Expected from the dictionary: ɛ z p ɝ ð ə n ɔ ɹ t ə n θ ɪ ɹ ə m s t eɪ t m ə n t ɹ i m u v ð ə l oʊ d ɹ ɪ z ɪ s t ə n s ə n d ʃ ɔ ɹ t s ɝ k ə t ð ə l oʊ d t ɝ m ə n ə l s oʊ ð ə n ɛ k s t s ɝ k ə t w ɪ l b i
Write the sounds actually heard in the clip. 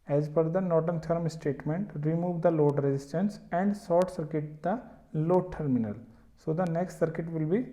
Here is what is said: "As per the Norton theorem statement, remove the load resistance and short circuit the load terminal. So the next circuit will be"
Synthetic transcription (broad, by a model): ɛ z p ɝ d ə n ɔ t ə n t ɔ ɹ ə m s t eɪ t m ə n t ɹ i m u v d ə l oʊ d ɹ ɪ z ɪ s t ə n s ə n d s ɔ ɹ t s ɝ k ə t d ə l oʊ t ɝ m ə n ə l s oʊ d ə n ɛ k s t s ɝ k ə t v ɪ l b i